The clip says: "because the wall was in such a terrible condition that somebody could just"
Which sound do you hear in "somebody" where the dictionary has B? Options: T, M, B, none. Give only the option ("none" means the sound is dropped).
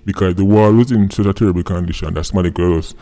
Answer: none